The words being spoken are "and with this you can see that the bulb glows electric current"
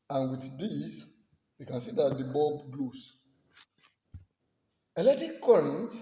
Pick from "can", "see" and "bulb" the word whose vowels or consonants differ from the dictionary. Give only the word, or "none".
bulb